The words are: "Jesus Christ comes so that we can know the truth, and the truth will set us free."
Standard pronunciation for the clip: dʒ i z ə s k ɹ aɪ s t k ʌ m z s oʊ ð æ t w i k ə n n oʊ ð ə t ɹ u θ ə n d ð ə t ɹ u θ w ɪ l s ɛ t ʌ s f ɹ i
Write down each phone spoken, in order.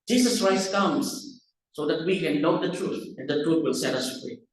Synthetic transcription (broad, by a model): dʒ i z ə s k ɹ aɪ s t k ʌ m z s oʊ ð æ t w i k ə n l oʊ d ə t ɹ u t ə n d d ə t ɹ u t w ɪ l s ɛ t ʌ s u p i